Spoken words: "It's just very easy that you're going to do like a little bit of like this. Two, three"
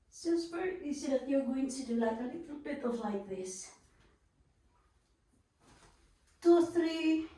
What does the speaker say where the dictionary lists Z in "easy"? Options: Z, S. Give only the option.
S